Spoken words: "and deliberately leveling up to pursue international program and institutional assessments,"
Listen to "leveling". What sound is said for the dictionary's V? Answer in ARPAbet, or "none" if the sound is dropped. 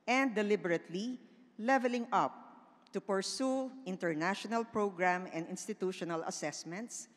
V